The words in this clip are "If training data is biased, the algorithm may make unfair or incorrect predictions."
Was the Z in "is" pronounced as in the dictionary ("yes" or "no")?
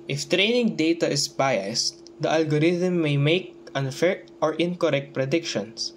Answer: no